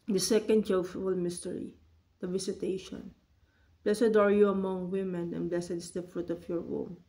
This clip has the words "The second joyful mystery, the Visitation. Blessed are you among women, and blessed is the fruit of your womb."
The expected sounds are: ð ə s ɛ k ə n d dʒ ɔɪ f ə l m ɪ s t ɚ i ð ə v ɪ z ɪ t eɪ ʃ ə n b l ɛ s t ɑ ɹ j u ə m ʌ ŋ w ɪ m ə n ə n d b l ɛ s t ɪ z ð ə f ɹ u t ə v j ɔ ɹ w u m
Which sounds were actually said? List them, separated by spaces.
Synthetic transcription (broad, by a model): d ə s ɛ k ə n d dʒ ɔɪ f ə l m ɪ s t ɚ i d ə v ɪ s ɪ t eɪ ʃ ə n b l ɛ s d ɑ ɹ j u ə m ʌ ŋ w ɪ m ə n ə n b l ɛ s ɪ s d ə f ɹ u t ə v j ɔ ɹ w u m